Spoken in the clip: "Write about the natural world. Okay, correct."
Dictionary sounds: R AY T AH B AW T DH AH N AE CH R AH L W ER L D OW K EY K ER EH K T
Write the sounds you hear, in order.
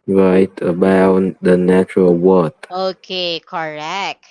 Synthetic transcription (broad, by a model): R AY T AH B AW T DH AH N AE CH R AH L W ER D OW K EY K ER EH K T